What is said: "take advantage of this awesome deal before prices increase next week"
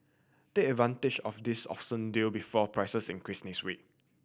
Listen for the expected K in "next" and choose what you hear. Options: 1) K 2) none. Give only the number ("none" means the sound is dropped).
2